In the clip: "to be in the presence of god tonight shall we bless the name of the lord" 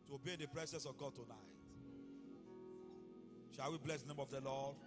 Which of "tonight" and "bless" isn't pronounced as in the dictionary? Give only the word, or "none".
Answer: none